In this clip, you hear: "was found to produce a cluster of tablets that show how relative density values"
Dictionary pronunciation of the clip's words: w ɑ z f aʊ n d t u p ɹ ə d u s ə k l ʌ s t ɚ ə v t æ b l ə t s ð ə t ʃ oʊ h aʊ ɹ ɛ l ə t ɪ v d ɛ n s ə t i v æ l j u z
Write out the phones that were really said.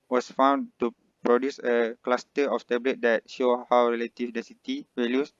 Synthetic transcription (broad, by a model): w ɑ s f aʊ n t u p ɹ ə d u s ə k l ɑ s t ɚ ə f t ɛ b l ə t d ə t ʃ oʊ h aʊ ɹ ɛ l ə t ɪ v d ɛ n s ə t i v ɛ l j u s